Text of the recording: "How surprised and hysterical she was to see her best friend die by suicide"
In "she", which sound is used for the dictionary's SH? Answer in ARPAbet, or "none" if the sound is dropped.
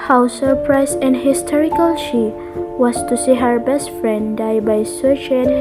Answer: SH